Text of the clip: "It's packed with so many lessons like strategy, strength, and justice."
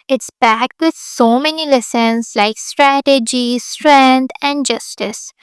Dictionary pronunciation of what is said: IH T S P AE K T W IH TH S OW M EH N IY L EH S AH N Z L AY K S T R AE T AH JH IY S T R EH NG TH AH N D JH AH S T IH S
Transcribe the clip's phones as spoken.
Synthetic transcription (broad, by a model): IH T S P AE K T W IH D S OW M EH N IY L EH S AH N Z L AY K S T R AE T AH JH IY S T R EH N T AH N D JH AH S T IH S